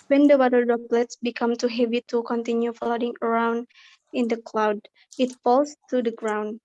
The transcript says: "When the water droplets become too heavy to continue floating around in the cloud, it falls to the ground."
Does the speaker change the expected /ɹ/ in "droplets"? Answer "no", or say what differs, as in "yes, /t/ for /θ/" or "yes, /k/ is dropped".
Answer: yes, /ɹ/ is dropped